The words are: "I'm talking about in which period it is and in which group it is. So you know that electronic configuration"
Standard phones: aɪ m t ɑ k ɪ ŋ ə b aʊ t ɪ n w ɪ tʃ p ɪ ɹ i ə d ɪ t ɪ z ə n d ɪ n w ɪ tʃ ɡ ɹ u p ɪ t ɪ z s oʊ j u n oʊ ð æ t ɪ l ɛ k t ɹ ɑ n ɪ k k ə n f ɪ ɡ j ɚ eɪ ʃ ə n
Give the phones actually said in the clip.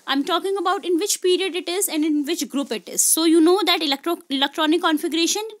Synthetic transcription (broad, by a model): aɪ m t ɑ k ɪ ŋ ə b aʊ t ɪ n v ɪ tʃ p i ɹ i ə d ɪ t ɪ z ə n d ɪ n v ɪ tʃ ɡ ɹ u p ɪ t ɪ z s oʊ j u n oʊ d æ t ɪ l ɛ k t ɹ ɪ l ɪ k k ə n f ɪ ɡ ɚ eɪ ʃ ə n